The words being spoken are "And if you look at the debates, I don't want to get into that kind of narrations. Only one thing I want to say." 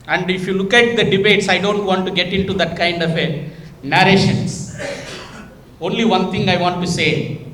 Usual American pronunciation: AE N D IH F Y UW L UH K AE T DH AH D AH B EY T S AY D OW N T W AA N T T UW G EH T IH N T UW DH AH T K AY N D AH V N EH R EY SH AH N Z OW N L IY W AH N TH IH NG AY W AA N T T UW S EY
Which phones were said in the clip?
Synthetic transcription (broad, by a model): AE N D IH F Y UW L UH K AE T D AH D AH B EY T S AY D OW N T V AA N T T UW G EH T IH N T UW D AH T K AY N D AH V N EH R EY SH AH N S OW N L IY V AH N T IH NG AY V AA N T T UW S EY